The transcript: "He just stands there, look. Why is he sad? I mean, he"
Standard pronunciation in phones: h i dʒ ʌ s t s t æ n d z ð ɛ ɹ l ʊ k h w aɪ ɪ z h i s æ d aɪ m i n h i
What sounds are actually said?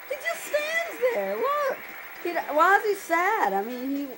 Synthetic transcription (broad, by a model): h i dʒ ʌ s t s t æ n d z ð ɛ ɹ w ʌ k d w aɪ ɪ z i s æ d aɪ m i n i